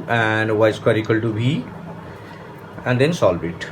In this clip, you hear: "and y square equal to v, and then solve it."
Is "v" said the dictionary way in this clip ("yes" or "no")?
no